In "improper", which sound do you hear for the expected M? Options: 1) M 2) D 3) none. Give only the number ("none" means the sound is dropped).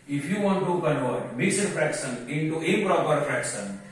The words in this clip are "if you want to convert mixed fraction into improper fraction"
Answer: 3